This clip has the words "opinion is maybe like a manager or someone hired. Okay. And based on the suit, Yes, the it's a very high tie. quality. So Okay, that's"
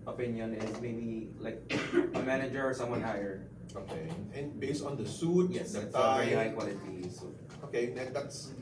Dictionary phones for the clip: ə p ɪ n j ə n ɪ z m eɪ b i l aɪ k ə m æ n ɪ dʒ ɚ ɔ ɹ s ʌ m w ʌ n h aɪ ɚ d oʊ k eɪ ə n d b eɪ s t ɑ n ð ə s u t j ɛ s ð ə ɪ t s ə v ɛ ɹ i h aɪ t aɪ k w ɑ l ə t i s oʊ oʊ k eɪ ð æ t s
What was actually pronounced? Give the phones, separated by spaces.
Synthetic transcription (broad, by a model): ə p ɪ n j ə n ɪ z m eɪ b i l aɪ k ə m æ n ɪ dʒ ɚ ɔ ɹ s ʌ m w ʌ n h aɪ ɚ oʊ k eɪ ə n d b eɪ s t ɑ n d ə s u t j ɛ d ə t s ə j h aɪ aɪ k w ɑ l ə t i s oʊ oʊ k eɪ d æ t s